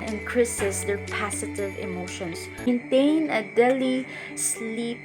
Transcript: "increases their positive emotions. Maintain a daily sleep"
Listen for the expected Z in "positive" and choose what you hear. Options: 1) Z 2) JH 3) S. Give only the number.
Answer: 3